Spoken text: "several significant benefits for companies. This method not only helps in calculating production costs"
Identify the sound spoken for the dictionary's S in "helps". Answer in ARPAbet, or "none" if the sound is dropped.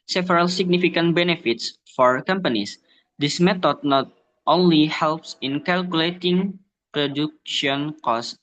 S